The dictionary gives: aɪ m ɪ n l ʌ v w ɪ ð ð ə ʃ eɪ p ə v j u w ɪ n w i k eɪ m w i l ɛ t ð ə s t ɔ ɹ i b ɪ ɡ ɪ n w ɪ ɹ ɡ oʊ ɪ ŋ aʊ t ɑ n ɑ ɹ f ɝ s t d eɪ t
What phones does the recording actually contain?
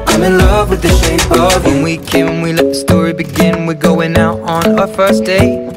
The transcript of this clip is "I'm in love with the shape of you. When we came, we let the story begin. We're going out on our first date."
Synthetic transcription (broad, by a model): aɪ m ɪ n l ʌ v w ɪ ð ð ə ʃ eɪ ə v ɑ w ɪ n w i k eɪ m w i l ɛ t ð ə s t ɔ ɹ i b ɪ ɡ ɪ n w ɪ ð ɡ oʊ ɪ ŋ aʊ t n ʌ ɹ f ɝ s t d eɪ